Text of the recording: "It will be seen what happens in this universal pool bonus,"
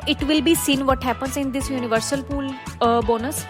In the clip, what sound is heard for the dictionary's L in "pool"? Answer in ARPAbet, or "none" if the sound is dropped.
L